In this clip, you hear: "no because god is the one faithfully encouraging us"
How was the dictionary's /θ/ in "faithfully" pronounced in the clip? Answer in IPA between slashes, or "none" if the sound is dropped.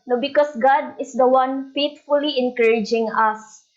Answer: /t/